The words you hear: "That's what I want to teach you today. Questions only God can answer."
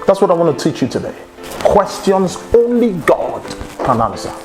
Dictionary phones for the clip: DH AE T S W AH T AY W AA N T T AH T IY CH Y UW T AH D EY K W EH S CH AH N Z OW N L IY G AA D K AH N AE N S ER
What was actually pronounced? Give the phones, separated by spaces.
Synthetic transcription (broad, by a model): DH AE T S W AH T AY W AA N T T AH T IY CH Y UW T AH D EY K W EH S CH AH N Z OW N L IY G AA D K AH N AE N S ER